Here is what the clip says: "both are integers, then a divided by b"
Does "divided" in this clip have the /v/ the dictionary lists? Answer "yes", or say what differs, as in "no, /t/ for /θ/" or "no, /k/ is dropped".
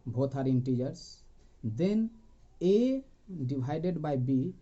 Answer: no, /b/ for /v/